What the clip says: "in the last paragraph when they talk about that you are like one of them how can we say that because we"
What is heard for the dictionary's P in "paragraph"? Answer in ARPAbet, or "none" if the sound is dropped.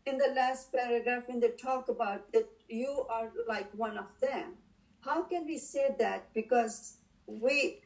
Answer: P